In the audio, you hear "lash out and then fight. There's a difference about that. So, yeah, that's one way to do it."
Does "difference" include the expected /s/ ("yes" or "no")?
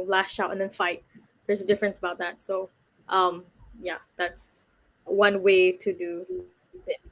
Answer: yes